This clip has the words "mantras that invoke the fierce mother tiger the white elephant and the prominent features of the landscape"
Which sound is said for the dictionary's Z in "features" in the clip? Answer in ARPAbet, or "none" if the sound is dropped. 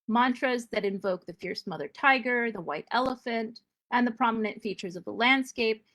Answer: Z